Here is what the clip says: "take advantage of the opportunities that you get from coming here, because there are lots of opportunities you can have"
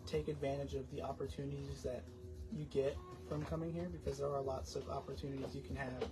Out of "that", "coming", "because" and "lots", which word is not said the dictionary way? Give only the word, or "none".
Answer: none